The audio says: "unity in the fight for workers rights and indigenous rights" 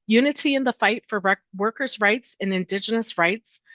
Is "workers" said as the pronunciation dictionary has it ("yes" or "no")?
yes